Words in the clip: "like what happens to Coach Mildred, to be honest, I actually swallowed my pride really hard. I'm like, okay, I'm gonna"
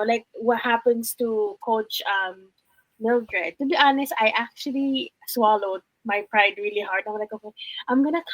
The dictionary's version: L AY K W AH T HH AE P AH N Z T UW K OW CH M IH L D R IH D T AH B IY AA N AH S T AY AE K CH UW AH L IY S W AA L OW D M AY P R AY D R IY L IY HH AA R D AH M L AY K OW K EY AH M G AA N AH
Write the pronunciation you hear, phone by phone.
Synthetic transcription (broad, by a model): L AY K W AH T HH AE P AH N S T UW K OW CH M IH L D R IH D T AH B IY AA N AH S T AY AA K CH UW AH L IY S W AA L OW D M AY P R AY D R IY L IY HH AA R D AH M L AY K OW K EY AH M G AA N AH